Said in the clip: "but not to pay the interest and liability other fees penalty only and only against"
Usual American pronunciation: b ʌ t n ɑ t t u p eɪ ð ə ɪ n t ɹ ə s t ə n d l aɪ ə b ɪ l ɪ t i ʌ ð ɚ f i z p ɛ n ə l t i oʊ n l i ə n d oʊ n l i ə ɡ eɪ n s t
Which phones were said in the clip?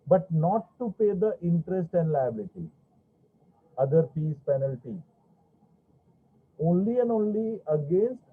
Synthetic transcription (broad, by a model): b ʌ t n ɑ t t u p eɪ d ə ɪ n t ɹ ə s t ə n d l aɪ ə b ɪ l ɪ t i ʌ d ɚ p i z p ɛ n ə l t i oʊ n l i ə n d oʊ n l i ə ɡ eɪ n s t